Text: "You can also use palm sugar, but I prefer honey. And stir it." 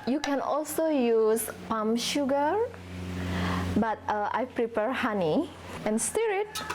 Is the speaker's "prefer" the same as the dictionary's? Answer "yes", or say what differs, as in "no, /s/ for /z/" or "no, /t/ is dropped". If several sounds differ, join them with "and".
no, /p/ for /f/